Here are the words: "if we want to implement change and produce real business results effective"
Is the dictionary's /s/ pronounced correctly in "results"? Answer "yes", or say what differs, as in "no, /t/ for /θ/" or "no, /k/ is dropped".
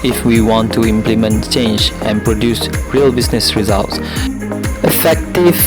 yes